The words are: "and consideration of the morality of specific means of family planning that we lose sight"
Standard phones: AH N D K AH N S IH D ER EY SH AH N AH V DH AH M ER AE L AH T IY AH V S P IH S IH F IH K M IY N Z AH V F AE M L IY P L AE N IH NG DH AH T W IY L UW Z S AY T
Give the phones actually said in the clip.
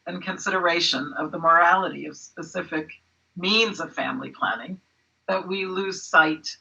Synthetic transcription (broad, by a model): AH N K AH N S IH D ER EY SH AH N AH V DH AH M ER AE L AH T IY AH V S P IH S IH F IH K M IY N Z AH V F AE M L IY P L AE N IH NG DH AH T W IY L UW Z S AY T